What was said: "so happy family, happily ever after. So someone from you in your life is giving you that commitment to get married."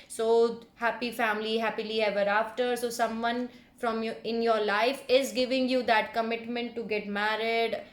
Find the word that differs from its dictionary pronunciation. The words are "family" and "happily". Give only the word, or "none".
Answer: none